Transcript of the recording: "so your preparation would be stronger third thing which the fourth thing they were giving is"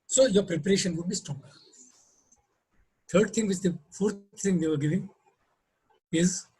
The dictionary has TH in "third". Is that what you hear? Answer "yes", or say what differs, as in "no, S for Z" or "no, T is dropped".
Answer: no, T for TH